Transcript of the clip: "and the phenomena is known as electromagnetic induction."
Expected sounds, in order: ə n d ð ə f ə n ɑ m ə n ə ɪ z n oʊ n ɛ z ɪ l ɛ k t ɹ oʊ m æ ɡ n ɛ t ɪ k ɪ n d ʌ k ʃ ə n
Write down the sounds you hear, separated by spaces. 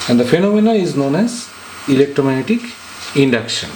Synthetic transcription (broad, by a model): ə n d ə f ə n ɑ m ə n ə ɪ z n oʊ n ɛ z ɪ l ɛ k t ɹ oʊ m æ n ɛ t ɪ k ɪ n d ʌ k ʃ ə n